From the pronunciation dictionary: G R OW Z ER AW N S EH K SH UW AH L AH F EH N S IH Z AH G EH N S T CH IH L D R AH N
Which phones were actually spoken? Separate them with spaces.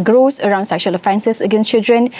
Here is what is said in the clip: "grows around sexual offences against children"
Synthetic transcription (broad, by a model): G R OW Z ER AW N S EH K SH UW AH L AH F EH N S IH S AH G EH N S CH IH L D R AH N